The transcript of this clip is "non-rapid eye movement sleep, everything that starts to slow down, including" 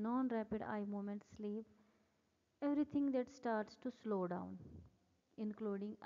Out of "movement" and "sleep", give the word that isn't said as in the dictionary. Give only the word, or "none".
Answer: movement